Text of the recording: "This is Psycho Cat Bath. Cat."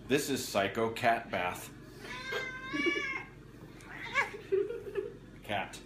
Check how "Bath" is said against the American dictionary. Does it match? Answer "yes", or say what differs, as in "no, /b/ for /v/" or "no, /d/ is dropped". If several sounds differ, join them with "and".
yes